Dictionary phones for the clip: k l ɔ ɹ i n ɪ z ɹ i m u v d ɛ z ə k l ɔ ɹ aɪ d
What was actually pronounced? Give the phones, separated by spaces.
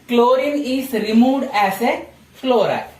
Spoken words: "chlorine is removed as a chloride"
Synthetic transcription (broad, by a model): k l ɔ ɹ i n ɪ s ɹ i m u d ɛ s ə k l ɔ ɹ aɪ